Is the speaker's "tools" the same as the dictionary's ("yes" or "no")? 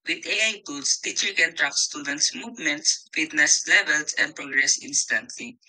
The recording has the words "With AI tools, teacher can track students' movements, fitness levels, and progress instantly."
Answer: no